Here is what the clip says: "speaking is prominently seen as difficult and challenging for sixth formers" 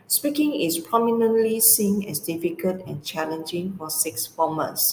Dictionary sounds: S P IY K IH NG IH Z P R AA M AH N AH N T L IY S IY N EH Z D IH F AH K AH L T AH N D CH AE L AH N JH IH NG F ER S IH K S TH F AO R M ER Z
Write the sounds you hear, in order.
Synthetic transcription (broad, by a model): S P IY K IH NG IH S P R AA M AH N AH N T L IY S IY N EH S D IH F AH K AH T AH N CH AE L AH N JH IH NG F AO S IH K S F AO M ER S